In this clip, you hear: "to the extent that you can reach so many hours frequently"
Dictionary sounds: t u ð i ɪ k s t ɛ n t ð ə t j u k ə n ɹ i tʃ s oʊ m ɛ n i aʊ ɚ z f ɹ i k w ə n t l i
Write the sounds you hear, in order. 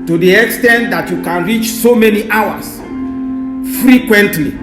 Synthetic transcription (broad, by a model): t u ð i ɪ k s t ɛ n t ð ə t j u k ə n ɹ i tʃ s oʊ m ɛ n i aʊ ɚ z f ɹ i k w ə n t l i